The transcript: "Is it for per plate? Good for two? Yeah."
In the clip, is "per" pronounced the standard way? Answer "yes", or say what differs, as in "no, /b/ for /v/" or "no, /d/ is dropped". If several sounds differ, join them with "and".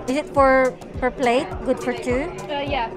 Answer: no, /f/ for /p/